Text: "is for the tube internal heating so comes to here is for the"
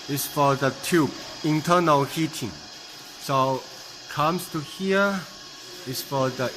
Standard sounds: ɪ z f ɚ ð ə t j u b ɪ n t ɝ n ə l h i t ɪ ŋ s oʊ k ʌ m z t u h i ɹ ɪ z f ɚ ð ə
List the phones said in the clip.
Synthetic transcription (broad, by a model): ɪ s f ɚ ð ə t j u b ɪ n t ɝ n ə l h i t ɪ ŋ s oʊ k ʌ m s t u h i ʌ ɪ s f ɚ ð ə